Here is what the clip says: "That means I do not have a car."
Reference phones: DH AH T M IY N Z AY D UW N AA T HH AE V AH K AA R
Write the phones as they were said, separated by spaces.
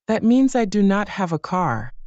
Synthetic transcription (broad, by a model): DH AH T M IY N Z AY D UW N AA T HH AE V AH K AA R